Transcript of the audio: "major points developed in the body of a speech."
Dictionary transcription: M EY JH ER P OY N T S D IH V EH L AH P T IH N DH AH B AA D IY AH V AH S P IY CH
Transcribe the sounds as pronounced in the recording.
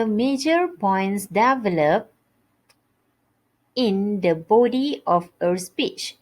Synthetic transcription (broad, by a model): M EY JH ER P OY N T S D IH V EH L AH P IH N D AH B AA D IY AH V AH S P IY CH